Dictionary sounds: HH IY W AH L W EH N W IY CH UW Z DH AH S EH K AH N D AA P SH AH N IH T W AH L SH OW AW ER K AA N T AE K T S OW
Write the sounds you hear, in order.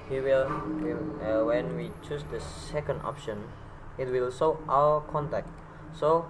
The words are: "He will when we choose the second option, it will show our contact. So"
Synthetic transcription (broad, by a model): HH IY W AH L W EH N W IY CH UW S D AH S EH K AH N D AA P SH AH N IH T W AH L S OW AW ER K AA N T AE K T S OW